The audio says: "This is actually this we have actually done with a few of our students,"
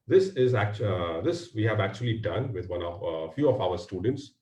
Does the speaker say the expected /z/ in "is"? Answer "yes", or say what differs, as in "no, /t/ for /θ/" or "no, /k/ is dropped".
yes